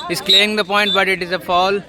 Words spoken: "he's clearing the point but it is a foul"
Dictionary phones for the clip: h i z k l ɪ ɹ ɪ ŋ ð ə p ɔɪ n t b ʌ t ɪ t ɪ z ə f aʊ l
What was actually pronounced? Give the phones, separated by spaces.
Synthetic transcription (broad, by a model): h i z k l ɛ ɪ ŋ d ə p ɔɪ n t b ʌ t ɪ t ɪ z ə f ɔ l